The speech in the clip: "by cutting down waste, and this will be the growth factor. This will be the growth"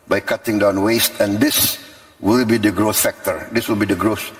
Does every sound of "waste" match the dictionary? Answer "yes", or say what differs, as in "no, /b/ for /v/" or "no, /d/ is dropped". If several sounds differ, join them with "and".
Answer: yes